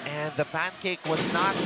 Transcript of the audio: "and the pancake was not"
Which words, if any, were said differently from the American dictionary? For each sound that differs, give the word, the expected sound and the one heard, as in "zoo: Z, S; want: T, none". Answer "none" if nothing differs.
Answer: none